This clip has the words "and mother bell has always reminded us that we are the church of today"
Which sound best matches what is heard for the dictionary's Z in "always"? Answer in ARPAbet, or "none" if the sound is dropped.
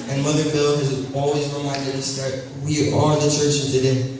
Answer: Z